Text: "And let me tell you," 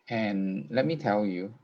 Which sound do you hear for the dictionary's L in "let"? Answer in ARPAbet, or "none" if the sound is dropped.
L